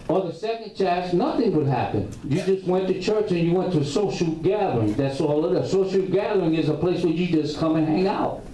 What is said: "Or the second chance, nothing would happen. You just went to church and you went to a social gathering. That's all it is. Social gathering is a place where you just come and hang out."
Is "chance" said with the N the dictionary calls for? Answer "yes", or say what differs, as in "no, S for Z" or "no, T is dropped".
no, N is dropped